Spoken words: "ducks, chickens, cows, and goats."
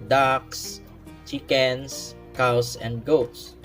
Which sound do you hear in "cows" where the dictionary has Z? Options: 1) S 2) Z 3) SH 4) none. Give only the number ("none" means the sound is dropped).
1